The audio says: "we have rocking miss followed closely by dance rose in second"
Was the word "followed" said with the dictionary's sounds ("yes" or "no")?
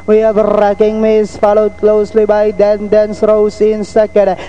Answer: yes